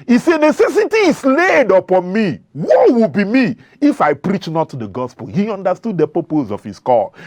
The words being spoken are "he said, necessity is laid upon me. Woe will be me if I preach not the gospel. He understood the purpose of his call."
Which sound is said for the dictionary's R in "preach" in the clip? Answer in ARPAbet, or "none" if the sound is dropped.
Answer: R